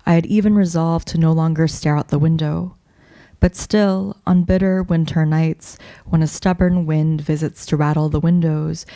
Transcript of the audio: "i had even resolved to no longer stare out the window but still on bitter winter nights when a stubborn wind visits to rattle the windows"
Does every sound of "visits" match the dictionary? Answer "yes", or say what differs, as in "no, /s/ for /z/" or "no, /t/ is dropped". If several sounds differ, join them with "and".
yes